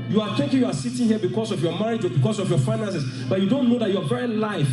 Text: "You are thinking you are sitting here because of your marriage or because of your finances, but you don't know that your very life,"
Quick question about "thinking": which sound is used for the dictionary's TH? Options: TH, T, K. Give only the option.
T